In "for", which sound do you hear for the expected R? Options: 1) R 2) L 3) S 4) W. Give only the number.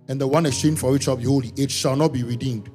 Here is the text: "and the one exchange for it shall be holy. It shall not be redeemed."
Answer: 4